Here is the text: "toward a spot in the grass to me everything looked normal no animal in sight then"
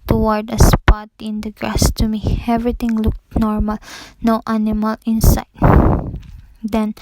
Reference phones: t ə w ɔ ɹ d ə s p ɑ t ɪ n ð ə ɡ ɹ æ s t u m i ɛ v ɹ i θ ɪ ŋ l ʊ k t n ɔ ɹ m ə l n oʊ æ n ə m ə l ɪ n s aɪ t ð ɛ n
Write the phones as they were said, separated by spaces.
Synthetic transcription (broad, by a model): t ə w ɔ ɹ d ə s p ɑ t ɪ n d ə ɡ ɹ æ s t u m i ɛ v ɹ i t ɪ ŋ l ʊ k t n ɔ ɹ m ə l n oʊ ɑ n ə m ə l ɪ n s aɪ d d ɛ n